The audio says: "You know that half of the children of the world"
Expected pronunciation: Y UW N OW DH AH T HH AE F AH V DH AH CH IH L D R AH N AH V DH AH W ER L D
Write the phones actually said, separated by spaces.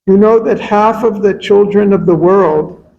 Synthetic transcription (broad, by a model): Y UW N OW DH AH T HH AE F AH V DH AH CH IH L D R AH N AH V DH AH W ER L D